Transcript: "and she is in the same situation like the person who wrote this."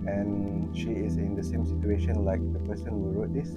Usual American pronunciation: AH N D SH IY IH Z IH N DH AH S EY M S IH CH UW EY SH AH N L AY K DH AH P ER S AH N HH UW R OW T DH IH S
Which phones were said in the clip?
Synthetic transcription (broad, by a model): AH N SH IY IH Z IH N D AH S EY M S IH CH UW EY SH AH N L AY K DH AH P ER S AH N HH UW R OW T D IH S